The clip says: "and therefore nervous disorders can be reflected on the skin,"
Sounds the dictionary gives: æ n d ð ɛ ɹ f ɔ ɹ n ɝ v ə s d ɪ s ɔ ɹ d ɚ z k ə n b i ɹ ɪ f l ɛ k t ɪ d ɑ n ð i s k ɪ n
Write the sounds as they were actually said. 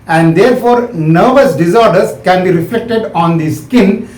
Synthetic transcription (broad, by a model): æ n d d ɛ ɹ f ɔ ɹ n ɝ v ə s d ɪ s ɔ ɹ d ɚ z k ə n b i ɹ ɪ f l ɛ k t ɪ d ɑ n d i s k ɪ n